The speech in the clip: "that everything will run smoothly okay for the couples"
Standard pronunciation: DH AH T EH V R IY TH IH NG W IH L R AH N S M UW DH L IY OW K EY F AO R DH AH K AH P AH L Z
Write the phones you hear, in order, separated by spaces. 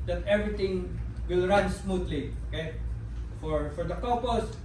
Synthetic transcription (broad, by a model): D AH T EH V R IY T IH NG W IH L R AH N S M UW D L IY OW K EY F AO R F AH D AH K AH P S